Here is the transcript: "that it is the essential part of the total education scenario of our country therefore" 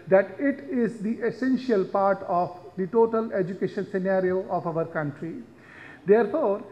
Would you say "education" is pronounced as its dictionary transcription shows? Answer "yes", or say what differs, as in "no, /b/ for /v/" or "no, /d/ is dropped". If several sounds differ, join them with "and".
yes